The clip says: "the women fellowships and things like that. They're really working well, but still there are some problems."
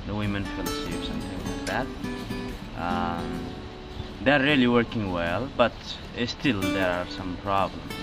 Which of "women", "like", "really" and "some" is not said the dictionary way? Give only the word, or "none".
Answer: none